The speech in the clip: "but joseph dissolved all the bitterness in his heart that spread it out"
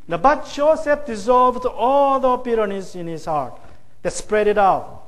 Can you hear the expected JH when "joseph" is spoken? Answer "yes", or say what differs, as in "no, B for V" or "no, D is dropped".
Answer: no, CH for JH